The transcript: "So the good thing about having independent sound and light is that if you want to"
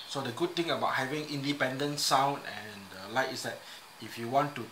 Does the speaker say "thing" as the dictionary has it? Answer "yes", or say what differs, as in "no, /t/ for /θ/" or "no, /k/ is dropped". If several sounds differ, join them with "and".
no, /t/ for /θ/